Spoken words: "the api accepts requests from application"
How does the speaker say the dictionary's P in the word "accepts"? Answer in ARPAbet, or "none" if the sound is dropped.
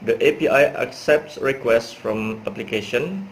P